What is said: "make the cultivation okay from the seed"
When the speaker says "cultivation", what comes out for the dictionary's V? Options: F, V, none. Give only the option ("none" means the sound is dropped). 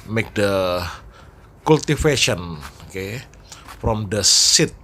F